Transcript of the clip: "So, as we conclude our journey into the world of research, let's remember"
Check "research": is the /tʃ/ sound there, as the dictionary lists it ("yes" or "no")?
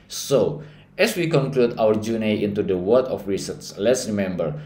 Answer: no